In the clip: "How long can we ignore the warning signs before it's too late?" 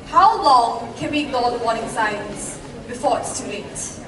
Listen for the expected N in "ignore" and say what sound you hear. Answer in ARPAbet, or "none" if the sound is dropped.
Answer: none